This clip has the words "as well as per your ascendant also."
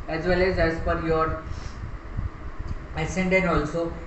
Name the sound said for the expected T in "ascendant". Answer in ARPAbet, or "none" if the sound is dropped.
none